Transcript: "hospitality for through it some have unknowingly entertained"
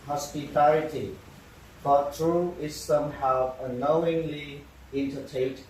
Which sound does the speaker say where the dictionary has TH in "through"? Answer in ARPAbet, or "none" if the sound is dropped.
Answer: T